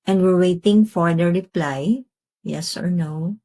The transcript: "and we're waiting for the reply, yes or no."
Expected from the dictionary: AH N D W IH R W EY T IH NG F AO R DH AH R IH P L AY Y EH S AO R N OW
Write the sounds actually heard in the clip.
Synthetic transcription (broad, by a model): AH N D W IH R W EY T IH NG F AO R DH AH R IH P L AY Y EH S AO R N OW